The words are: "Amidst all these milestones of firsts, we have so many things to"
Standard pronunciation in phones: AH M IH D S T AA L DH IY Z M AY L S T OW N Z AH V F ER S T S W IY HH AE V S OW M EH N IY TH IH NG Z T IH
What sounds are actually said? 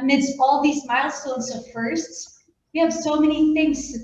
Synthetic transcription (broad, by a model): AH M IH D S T AA L DH IY Z M AY L S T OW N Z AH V F ER S T S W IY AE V S OW M EH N IY TH IH NG Z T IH